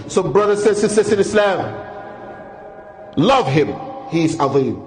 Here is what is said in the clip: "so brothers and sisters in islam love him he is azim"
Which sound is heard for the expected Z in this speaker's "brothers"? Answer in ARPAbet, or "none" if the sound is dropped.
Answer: S